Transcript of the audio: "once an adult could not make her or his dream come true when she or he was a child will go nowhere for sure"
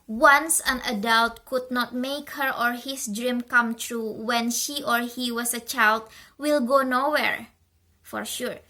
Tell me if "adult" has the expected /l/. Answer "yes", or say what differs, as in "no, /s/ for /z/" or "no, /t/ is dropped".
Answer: yes